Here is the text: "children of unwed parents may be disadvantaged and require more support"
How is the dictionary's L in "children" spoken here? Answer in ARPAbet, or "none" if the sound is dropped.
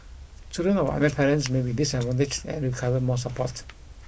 none